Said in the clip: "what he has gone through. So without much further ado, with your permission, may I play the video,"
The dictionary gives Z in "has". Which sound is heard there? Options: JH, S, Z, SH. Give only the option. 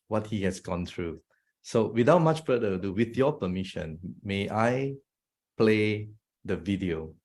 S